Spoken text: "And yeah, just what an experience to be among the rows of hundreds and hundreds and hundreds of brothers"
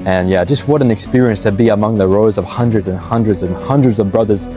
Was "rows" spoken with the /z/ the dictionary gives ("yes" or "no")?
yes